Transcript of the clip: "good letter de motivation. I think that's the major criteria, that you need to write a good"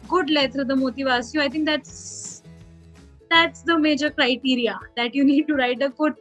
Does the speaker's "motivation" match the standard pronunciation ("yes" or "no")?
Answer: no